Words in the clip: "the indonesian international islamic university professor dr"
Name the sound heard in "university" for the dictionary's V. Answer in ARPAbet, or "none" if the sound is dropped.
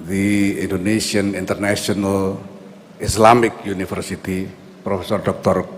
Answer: F